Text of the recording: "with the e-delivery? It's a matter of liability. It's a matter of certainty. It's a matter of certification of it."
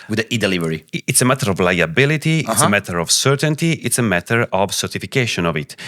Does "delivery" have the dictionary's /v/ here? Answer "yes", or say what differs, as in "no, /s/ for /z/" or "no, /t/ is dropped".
yes